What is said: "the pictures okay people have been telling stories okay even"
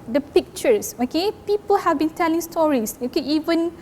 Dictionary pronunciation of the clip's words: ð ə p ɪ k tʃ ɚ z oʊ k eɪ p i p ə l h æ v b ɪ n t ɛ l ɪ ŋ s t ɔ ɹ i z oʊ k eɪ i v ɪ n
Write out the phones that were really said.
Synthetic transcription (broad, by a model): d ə p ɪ k tʃ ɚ s oʊ k eɪ p i p ə l h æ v b ɪ n t ɛ l ɪ ŋ s t ɔ ɹ i s oʊ k eɪ i v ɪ n